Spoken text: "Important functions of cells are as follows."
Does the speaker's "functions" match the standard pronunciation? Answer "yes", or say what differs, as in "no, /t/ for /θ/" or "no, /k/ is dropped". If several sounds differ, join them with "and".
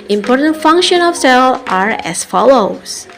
no, /z/ is dropped